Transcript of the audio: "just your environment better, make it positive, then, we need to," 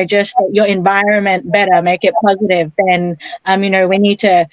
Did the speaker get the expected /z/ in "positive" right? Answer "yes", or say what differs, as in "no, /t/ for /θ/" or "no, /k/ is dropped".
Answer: yes